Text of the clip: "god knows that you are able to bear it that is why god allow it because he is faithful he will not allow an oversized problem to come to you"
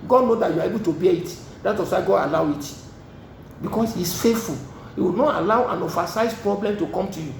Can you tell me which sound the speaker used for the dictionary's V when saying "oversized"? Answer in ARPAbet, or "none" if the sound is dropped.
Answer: F